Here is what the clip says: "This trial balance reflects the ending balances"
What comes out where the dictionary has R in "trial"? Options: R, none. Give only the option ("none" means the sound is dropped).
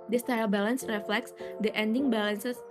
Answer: none